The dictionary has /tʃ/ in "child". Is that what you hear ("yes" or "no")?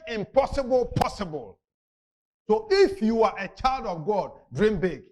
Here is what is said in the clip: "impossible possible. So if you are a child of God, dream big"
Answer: yes